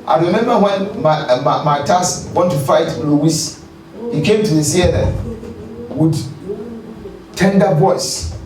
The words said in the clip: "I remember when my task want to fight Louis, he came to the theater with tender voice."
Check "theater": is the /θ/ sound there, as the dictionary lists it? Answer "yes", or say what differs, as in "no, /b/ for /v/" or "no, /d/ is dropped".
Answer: no, /s/ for /θ/